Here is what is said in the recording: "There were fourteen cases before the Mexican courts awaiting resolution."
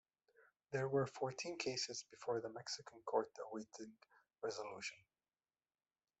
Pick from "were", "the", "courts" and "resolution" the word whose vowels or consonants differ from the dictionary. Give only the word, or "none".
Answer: courts